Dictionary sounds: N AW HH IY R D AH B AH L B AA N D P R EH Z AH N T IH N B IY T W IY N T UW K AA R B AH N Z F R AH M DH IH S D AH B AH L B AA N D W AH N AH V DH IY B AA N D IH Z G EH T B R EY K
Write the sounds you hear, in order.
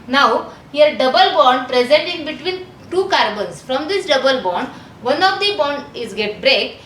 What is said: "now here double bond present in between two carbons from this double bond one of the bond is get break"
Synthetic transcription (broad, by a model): N AW HH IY R D AH B AH L B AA N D P R EH Z AH N T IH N B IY T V IY N T UW K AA R B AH N S F R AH M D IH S D AH B AH L B AA N D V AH N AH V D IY B AA N D IH Z G EH T B R EY K